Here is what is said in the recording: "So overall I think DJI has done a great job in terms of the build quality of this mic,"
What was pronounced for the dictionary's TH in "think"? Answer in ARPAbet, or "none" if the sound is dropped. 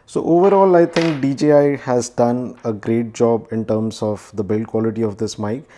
T